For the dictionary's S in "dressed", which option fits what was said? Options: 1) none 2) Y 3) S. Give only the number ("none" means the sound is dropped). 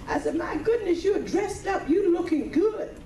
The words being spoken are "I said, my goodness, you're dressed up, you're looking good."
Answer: 3